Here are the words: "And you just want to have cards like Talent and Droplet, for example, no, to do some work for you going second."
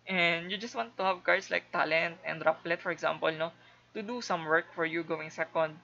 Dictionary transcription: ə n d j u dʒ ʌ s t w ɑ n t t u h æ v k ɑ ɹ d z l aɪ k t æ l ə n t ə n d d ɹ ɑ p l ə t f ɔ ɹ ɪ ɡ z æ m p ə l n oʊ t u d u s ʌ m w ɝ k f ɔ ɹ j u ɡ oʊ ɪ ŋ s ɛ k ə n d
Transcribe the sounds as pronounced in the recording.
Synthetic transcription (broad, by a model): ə n d j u dʒ ʌ s t w ɑ n t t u h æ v k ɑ ɹ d s l aɪ k t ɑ l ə n t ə n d d ɹ ɑ p l ə t f ɔ ɹ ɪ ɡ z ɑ m p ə l n oʊ t u d u s ʌ m w ɝ k f ɔ ɹ j u ɡ oʊ ɪ ŋ s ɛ k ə n d